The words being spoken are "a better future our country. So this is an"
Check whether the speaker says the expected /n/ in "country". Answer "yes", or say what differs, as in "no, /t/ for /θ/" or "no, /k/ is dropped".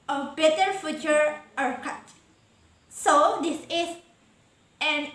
no, /n/ is dropped